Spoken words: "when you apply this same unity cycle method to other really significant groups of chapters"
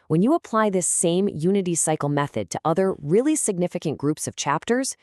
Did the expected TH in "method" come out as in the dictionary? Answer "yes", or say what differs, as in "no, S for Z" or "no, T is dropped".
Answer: yes